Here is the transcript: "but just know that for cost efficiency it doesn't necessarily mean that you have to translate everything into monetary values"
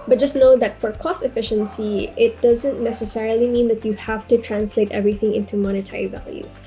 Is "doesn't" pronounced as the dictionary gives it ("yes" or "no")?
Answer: yes